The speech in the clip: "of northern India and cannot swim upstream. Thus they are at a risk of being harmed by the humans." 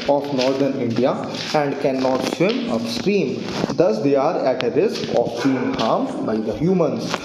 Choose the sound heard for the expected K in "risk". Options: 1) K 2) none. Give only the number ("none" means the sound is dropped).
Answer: 1